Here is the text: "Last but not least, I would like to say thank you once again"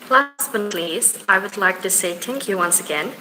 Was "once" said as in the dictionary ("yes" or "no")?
yes